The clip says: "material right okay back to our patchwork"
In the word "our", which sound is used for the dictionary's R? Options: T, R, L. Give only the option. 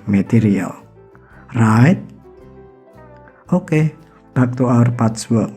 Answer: R